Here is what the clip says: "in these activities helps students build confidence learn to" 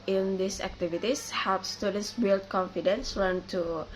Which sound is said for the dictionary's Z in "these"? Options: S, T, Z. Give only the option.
S